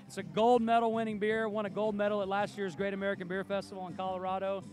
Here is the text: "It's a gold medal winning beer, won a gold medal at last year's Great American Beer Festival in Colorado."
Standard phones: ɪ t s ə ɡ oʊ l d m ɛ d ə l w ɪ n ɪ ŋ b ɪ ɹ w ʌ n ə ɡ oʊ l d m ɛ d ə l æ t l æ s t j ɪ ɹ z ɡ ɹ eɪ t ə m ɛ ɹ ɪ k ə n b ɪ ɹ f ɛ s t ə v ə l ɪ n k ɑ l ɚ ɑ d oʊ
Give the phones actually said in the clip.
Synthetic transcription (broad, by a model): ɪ t s ə ɡ oʊ l d m ɛ d l w ɪ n ɪ ŋ b ɪ ɹ w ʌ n ə ɡ oʊ l d m ɛ d l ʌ t l æ s t j ɪ ɹ z ɡ ɹ eɪ t ə m ɛ ɹ ɪ k ə n b ɪ ɹ f ɛ s t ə v l ɪ n k ɑ l ɚ ɑ d oʊ